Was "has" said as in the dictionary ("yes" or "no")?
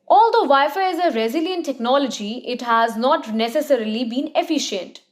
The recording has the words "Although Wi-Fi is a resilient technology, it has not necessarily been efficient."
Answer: yes